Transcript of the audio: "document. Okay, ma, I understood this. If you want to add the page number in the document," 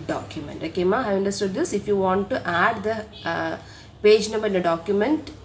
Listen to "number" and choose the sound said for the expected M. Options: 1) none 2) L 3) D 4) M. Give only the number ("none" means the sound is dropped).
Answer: 1